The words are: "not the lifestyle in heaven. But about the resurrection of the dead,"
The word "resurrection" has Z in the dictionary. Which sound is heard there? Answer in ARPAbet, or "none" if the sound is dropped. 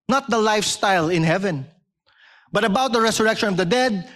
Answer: S